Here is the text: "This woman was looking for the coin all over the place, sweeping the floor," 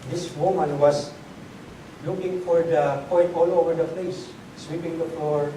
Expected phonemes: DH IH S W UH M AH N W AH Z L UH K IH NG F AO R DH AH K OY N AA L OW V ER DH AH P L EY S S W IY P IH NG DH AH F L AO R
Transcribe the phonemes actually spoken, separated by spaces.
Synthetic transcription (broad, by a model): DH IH S W UH M AH N W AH S L UH K IH NG F AO R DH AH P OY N AA L OW V ER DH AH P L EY S S W IY P IH NG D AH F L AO R